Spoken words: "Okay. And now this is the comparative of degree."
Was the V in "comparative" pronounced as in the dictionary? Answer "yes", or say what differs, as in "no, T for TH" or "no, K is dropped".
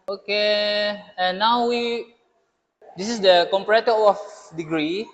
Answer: no, V is dropped